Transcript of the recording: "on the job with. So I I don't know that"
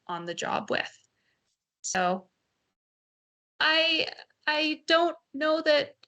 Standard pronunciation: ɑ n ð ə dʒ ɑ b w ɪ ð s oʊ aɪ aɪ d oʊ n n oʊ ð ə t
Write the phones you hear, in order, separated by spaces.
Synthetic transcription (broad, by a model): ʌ n ð ə dʒ ɑ b w ɪ ð s oʊ aɪ aɪ d oʊ n n oʊ ð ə t